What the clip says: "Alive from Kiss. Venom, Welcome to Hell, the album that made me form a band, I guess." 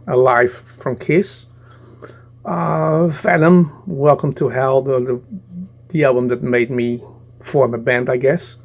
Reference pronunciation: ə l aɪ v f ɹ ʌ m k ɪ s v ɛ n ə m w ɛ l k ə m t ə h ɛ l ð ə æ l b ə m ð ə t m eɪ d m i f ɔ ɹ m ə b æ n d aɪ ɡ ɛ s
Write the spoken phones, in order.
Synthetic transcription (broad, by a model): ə l aɪ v f ɹ ʌ m k ɪ s f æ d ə m w ɛ l k ə m t ə h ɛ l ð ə æ l b ə m ð ə t m eɪ d m i f ɔ ɹ m ə b æ n d aɪ ɡ ɛ s